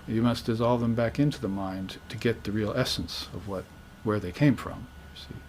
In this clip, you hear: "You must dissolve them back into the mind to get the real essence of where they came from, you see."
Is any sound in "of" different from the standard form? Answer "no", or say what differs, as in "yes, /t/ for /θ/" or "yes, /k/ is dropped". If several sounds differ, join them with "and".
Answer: no